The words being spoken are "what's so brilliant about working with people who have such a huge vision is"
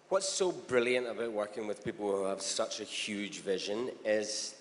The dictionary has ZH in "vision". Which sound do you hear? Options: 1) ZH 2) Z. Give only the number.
1